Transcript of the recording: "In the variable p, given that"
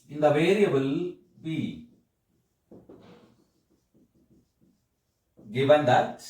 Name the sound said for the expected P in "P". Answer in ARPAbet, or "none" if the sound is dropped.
B